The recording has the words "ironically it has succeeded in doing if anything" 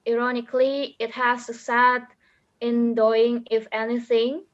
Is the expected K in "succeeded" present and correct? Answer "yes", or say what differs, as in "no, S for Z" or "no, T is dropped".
no, K is dropped